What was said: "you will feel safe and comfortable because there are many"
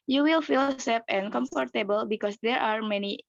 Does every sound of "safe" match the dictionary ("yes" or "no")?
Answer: no